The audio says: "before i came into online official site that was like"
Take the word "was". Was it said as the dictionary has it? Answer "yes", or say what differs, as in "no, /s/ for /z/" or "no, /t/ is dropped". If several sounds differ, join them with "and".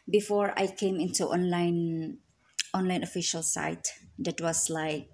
no, /s/ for /z/